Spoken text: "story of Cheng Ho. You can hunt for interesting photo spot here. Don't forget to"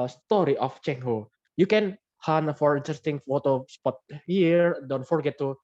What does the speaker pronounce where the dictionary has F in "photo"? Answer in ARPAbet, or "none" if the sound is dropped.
F